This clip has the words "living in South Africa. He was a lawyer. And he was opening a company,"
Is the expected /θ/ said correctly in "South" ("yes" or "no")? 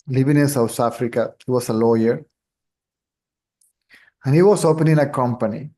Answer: no